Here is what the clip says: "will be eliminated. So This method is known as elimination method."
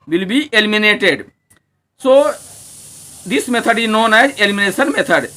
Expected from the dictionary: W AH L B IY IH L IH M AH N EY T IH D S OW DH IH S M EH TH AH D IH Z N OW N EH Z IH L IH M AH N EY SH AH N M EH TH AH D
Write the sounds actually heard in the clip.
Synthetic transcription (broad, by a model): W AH L B IY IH L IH M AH N EY T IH D S OW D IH S M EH T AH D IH N OW N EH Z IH L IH M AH N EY S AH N M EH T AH D